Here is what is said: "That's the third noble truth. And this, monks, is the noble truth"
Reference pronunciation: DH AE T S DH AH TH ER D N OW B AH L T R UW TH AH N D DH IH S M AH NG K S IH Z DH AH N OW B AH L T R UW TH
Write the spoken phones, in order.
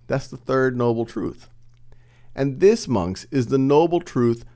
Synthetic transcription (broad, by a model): DH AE T S DH AH TH ER D N OW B L T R UW TH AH N DH IH S M AH NG K S IH Z DH AH N OW B L T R UW TH